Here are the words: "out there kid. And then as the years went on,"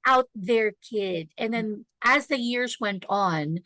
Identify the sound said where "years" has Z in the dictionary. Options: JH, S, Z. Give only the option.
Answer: Z